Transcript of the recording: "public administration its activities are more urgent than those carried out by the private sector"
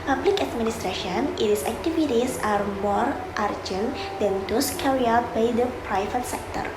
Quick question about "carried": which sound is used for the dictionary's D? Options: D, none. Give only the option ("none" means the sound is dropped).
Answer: none